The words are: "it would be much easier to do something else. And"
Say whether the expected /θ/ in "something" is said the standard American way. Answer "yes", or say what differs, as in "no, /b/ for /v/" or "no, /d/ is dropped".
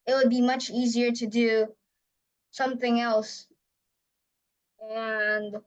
yes